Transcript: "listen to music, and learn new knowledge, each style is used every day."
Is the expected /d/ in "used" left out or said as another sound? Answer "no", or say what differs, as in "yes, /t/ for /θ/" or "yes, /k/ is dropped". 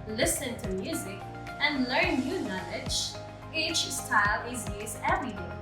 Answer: yes, /d/ is dropped